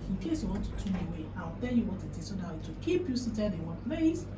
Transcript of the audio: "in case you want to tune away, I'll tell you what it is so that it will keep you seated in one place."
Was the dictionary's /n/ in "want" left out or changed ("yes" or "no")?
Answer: yes